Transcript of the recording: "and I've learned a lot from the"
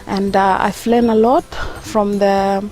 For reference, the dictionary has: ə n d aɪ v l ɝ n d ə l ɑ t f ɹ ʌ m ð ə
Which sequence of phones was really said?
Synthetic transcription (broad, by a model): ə n d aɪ f l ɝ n ə l ɑ t f ɹ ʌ m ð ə